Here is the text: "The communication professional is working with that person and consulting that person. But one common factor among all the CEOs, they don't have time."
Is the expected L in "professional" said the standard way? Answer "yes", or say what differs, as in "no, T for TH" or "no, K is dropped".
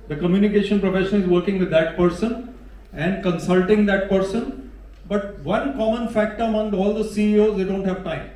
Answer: no, N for L